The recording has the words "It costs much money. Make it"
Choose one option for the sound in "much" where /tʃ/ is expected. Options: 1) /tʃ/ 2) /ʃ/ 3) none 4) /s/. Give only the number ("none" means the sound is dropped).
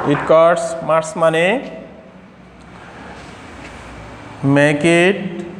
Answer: 4